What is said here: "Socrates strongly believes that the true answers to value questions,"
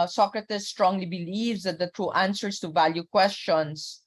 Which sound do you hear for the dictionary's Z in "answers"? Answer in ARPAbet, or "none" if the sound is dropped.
S